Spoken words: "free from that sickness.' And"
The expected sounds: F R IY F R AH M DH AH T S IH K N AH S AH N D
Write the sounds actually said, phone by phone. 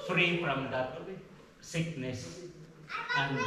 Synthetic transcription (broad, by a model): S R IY P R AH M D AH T S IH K N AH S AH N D